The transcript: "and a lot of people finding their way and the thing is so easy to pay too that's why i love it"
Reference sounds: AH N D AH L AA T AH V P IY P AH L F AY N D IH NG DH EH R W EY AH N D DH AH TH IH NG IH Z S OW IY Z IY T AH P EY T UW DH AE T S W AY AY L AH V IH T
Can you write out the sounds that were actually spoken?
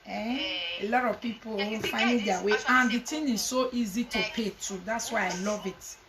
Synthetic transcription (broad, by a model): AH AH L AA T AH V P IY P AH W F AY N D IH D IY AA W EY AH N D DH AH T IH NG IH Z S OW IY Z IY T AH P EY T UW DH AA T S W AY AY L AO V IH T